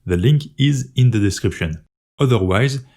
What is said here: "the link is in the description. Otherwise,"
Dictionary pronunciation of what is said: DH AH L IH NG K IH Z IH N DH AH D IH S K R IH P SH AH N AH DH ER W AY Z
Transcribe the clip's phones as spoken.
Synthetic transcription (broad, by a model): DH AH L IH NG K IH Z IH N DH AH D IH S K R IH P SH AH N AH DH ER W AY Z